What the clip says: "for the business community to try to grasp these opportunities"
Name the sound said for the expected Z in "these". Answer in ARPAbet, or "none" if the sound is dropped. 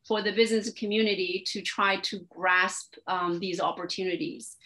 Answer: Z